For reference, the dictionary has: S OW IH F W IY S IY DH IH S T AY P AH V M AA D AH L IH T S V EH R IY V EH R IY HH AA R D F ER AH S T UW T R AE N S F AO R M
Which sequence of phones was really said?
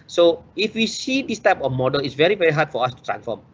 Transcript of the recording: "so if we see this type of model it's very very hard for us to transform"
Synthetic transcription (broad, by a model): S OW IH F W IY S IY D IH S T AY P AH F M AA D AH L IH T S V EH R IY V EH R IY HH AA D F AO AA S T UW T R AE N S F AO M